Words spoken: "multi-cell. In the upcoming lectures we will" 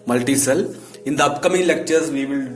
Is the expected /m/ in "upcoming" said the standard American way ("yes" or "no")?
yes